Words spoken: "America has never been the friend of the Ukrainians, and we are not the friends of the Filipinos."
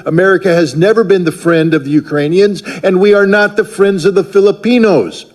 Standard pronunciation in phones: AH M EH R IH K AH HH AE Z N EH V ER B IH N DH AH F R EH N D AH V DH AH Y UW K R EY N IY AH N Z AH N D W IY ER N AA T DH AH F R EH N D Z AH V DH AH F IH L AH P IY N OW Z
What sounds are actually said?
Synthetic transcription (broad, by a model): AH M EH R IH K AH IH Z N EH V ER B IH N DH AH F R EH N D AH V DH AH Y UW K R EY N IY AH N Z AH N W IY ER N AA T DH AH F R EH N D Z AH V DH AH F IH L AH P IY N OW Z